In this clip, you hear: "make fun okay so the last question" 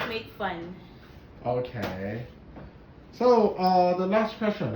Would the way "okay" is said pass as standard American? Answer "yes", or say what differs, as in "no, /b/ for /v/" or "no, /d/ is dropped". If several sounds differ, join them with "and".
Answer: yes